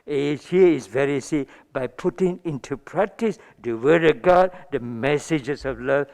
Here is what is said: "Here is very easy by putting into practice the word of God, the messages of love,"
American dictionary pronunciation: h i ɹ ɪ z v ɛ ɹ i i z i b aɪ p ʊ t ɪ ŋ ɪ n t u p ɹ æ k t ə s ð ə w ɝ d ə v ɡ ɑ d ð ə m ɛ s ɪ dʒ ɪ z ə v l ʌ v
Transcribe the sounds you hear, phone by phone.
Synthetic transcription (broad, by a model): h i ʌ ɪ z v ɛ ɹ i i s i b aɪ p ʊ t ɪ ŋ ɪ n t u p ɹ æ k t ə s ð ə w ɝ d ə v ɡ ɑ d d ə m ɛ s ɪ dʒ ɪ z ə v l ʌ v